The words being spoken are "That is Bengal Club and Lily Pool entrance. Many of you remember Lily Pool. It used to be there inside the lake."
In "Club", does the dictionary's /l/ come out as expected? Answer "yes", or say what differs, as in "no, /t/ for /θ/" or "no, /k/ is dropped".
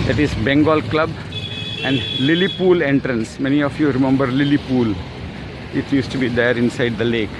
yes